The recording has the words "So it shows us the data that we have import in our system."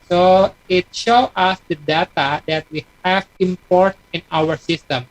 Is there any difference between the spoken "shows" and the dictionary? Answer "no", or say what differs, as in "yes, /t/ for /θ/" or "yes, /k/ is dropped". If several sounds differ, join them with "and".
yes, /z/ is dropped